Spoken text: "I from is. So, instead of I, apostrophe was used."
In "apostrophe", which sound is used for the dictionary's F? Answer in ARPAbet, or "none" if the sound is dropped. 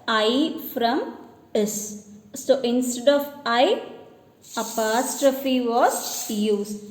F